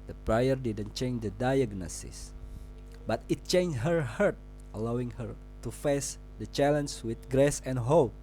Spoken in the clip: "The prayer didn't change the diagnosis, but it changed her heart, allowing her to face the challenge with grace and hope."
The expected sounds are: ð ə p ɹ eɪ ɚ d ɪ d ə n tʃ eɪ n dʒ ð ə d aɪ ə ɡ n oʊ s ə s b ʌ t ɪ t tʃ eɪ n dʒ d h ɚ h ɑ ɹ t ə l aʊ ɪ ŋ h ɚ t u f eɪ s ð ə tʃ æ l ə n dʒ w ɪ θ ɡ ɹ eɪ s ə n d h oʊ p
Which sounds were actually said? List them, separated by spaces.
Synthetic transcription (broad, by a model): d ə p ɹ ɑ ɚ d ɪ d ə n tʃ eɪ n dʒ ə d aɪ ə ɡ n oʊ s ə s b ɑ t ɪ t tʃ eɪ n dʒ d h ɚ h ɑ ɹ t ə l aʊ ɪ ŋ h ɚ t u f eɪ s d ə tʃ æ l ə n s w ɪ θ ɡ ɹ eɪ s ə n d h oʊ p